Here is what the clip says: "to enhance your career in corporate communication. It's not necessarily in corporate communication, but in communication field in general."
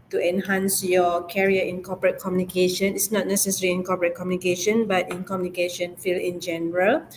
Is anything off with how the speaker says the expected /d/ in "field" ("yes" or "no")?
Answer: yes